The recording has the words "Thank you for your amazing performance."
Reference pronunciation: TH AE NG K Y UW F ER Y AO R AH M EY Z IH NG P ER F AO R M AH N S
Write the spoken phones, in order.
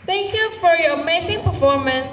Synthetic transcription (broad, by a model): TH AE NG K Y UW F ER Y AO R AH M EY S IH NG P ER F AO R M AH N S